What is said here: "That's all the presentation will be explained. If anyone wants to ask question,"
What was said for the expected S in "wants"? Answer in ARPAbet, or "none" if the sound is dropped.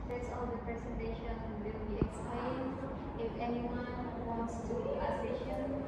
S